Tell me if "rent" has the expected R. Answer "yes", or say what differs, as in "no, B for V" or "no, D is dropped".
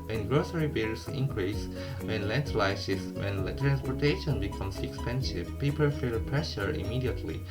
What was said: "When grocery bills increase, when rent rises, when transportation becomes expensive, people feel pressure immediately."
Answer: no, L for R